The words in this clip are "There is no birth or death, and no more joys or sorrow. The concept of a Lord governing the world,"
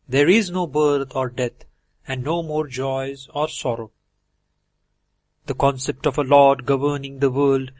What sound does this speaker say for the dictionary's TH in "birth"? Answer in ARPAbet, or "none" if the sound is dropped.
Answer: T